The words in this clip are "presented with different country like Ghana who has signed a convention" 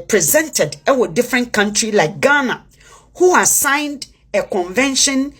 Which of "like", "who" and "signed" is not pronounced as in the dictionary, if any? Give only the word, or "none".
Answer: none